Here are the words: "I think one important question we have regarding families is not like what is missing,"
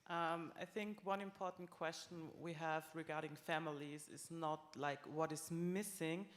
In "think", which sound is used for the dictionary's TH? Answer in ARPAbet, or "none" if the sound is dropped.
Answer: TH